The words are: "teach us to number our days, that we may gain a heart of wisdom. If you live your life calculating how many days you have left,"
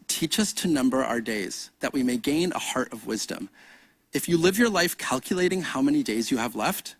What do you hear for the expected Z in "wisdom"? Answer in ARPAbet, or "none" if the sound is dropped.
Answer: Z